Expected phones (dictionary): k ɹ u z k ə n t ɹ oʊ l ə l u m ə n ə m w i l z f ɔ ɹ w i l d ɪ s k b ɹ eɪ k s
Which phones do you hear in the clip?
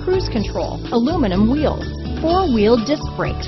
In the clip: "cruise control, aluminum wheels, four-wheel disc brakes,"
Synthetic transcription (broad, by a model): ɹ u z k ə n t ɹ oʊ l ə l u m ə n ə m w i l z f ɔ ɹ w i l d ɪ s k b ɹ eɪ k